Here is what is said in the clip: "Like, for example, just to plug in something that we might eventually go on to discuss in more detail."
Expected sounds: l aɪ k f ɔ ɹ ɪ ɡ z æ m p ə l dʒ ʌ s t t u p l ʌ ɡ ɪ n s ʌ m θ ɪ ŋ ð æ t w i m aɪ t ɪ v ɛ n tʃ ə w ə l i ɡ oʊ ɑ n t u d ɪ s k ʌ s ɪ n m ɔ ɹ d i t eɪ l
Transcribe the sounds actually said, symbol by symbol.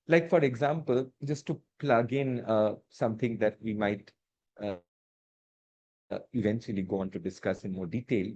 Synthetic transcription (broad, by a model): l aɪ k f ɔ ɹ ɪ ɡ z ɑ m p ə l dʒ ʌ s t t u p l ʌ ɡ ɪ n s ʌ m t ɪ ŋ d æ t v i m aɪ t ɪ v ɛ n tʃ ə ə l i ɡ oʊ ɑ n t u d ɪ s k ʌ s ɪ n m ɔ ɹ d i t eɪ l